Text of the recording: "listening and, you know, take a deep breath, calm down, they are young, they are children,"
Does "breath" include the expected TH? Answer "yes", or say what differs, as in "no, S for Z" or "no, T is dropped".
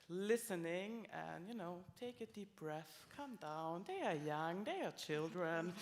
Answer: yes